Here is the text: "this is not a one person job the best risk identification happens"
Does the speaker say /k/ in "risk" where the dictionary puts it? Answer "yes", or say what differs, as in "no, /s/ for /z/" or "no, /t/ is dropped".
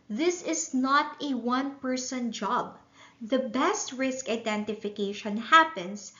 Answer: yes